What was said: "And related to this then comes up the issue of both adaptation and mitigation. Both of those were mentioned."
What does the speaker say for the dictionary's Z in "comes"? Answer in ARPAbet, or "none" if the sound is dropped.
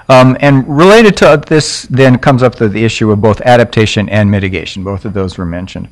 Z